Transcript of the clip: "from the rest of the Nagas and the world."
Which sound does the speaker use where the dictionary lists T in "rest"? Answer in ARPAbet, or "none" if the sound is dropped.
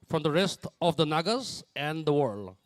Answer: T